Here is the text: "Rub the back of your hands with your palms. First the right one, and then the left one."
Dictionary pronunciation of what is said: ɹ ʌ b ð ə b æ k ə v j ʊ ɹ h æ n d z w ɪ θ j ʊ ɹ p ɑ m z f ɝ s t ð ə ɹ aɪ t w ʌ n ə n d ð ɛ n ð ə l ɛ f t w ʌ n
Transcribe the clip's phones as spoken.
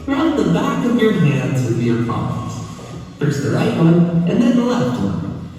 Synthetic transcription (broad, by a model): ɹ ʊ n ð ə b æ k ə v j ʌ ɹ h æ n d z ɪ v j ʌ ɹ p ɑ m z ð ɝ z ð ə ɹ aɪ t w ʌ n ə n ð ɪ n ð ə l ɛ f t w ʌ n